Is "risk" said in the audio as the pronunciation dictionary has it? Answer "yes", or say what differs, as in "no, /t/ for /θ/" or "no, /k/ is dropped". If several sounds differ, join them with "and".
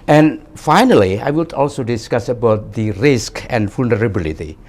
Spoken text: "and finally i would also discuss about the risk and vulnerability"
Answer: yes